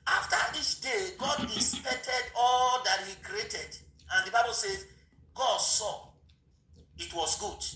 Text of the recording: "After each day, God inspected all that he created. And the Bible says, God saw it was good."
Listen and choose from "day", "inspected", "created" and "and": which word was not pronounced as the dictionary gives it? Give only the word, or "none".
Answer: inspected